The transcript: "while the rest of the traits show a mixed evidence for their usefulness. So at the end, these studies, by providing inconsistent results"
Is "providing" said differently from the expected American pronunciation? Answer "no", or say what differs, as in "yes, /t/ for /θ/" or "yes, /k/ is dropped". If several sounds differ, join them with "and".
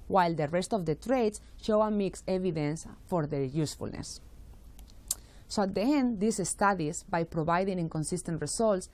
yes, /b/ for /v/